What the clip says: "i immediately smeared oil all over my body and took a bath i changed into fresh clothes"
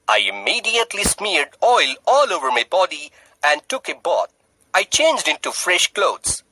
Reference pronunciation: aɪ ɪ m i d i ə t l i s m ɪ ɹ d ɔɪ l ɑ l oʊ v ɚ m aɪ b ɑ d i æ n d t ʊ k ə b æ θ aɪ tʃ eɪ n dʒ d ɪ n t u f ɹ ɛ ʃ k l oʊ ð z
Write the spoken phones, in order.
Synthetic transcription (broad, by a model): aɪ ɪ m i d i ə t l i s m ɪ ɹ d ɔɪ l ɑ l oʊ v ɚ m aɪ b ɑ d i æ n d t ʊ k ə b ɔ t aɪ tʃ eɪ n dʒ d ɪ n t u f ɹ ɛ ʃ k l oʊ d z